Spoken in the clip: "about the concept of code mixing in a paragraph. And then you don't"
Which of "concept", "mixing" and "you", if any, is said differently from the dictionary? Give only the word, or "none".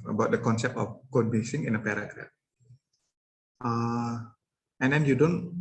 mixing